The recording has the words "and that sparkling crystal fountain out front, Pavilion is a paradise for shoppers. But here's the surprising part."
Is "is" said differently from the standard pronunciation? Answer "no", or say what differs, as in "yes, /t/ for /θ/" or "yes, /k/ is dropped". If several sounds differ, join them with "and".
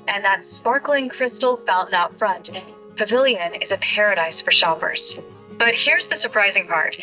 no